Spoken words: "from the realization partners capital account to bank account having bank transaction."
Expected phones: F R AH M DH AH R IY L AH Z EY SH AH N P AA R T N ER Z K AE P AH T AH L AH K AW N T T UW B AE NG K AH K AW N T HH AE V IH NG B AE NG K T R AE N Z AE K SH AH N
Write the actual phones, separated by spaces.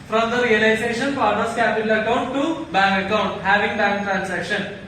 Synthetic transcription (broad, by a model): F R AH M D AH R IY L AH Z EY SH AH N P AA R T ER S K AE P AH T AH L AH K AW N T T UW B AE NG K AH K AW N T HH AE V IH NG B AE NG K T R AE N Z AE K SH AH N